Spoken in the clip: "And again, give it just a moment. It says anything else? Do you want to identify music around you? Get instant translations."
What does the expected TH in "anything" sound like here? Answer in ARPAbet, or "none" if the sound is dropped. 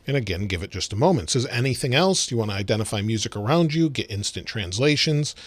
TH